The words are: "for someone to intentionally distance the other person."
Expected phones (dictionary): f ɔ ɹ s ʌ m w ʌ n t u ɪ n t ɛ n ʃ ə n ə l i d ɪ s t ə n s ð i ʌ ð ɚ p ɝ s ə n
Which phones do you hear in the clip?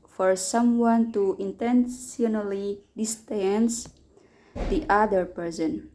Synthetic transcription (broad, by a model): f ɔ ɹ s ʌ m w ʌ n t u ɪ n t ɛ n s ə n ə l i d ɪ s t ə n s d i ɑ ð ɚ p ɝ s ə n